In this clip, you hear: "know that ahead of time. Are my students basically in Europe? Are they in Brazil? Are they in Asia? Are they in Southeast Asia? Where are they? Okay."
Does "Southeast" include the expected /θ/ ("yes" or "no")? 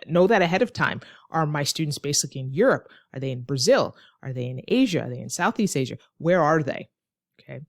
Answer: yes